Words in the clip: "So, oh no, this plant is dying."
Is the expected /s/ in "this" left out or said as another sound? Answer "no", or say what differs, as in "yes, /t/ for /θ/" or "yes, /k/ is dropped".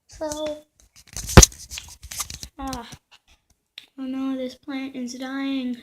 no